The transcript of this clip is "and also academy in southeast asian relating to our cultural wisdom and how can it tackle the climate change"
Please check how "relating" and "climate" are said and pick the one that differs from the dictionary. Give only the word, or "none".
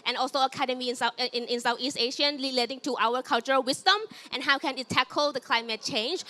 relating